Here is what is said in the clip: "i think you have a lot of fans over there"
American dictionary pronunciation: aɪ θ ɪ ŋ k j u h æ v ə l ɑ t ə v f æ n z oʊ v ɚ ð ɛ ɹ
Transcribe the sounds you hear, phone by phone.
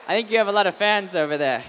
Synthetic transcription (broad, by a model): aɪ θ ɪ ŋ k j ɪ v ə l ɑ t ə v f æ n z oʊ v ɚ ð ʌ ɹ